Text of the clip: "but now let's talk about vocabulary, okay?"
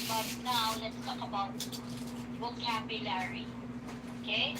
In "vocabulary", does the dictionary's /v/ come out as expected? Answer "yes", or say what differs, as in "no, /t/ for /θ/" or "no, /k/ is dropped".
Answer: no, /w/ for /v/